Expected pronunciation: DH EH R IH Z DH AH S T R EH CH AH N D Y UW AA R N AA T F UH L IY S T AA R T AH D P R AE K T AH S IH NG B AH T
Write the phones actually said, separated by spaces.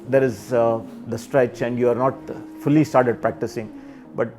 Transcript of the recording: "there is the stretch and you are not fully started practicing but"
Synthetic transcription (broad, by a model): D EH R IH Z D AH S T R EH CH AH N D Y UW AA R N AA T F UH L IY S T AA R T AH D P R AE K T AH S IH NG B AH T